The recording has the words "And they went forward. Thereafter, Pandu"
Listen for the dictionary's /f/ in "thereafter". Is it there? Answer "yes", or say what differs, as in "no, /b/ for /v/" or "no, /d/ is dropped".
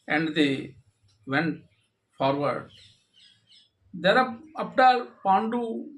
no, /p/ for /f/